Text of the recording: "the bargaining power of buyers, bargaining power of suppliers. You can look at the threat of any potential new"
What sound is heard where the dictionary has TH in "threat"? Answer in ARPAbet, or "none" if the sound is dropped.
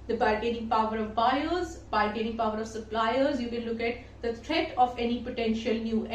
T